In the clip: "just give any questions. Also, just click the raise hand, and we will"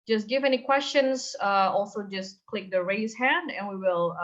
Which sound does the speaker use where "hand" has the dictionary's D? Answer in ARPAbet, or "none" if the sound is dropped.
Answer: D